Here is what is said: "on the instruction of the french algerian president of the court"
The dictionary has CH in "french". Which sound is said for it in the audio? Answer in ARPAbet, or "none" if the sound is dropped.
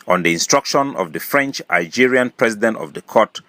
CH